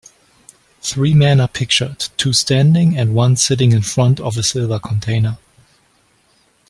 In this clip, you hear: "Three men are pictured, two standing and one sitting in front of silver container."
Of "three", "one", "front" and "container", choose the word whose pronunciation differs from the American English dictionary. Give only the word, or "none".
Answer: none